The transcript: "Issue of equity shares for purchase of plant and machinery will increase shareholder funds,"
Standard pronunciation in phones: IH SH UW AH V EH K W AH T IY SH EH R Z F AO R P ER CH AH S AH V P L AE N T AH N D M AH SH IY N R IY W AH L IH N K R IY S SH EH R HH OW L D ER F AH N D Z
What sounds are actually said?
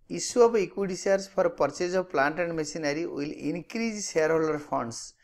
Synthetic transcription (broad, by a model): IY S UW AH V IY K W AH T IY S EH R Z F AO R P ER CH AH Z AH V P L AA N T AH N D M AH S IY N R IY W AH L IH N K R IY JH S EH R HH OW L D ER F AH N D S